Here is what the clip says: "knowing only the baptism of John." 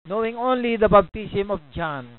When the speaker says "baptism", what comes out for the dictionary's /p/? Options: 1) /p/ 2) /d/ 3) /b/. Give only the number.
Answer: 3